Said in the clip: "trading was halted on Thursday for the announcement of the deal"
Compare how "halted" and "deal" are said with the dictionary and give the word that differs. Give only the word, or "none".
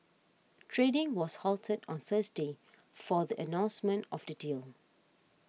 none